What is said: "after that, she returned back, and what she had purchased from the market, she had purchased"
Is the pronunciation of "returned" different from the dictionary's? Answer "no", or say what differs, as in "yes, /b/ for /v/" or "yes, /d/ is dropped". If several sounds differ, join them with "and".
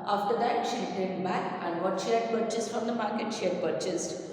yes, /n/ is dropped